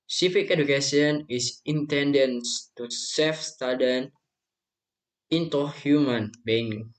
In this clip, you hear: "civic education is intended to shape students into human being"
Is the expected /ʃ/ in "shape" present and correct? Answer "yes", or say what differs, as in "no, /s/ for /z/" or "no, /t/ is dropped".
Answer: no, /s/ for /ʃ/